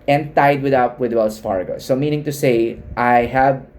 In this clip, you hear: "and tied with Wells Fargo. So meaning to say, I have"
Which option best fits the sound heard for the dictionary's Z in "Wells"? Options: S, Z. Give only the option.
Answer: S